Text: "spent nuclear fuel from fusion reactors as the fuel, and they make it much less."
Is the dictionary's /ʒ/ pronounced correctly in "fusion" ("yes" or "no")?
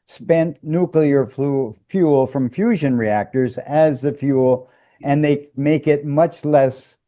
yes